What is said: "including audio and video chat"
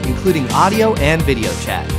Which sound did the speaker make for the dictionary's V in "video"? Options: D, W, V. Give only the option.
V